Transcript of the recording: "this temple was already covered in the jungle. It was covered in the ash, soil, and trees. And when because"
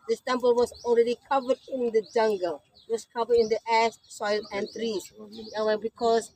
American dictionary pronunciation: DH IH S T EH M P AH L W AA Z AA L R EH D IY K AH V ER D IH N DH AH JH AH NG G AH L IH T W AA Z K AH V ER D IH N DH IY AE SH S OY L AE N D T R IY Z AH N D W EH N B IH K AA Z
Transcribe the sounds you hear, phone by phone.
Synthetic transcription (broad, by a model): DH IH S T EH M P AH L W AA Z AA L R EH D IY K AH V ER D IH N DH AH JH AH NG G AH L IH T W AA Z K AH V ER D IH N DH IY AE S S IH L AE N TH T R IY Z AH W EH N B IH K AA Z